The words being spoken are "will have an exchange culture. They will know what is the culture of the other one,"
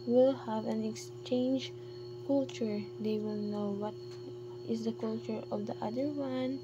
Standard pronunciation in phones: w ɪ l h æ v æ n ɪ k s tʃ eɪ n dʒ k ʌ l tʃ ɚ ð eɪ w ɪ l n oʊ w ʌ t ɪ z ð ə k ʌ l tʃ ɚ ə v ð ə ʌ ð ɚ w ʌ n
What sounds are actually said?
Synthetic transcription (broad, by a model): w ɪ l h æ v æ n ɪ k s tʃ eɪ n dʒ k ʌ l tʃ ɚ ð eɪ w ɪ l n oʊ w ʌ t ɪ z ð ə k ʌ l tʃ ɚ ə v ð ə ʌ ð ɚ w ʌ n